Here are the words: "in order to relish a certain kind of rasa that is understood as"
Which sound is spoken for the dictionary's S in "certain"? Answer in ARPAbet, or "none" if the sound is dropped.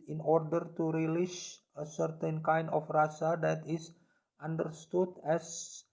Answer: S